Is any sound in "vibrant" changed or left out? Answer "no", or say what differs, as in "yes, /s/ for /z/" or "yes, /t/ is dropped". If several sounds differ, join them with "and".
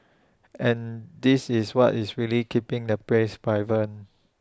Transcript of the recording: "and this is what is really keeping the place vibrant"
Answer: yes, /b/ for /v/ and /t/ is dropped